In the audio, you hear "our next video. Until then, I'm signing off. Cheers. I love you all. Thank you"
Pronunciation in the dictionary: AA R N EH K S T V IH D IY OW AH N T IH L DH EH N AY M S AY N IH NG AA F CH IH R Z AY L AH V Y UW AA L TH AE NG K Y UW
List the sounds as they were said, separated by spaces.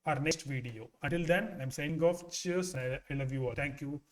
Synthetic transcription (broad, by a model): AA R N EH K S T V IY D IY OW AH N T IH L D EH N AY M S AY IH NG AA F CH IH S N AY L AH V Y UW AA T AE NG K Y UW